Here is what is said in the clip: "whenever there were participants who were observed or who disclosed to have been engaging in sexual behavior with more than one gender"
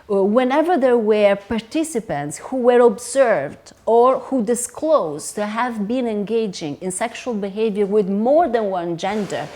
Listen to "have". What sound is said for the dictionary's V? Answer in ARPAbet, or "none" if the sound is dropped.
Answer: V